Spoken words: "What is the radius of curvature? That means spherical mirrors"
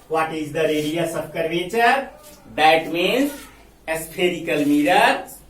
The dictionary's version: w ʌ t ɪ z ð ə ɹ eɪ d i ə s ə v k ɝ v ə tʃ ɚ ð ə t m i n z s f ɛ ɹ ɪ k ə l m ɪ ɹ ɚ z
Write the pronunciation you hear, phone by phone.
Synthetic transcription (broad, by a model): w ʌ t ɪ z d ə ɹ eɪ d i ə s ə b k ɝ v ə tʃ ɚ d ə t m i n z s p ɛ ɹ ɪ k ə l m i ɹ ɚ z